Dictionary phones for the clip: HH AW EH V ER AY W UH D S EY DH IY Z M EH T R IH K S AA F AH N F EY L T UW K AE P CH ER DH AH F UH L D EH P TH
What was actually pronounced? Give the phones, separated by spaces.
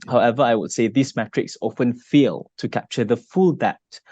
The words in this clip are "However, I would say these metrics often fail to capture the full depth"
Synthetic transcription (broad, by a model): HH AW EH V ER AY W UH D S EY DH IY S M EH T R IH K S AA F AH N F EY L T UW K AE P CH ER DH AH F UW L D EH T